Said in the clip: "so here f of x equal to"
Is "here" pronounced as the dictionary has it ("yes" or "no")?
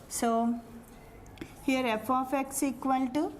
yes